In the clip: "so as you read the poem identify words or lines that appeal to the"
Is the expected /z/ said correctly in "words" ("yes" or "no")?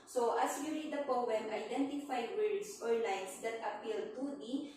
no